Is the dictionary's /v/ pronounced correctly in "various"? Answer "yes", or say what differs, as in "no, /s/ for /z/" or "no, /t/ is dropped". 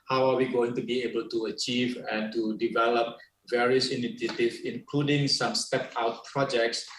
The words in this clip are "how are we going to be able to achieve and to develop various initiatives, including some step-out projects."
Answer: yes